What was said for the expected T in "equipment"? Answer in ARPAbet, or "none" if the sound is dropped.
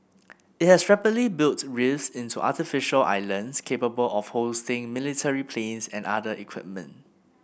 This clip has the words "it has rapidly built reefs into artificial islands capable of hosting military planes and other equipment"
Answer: T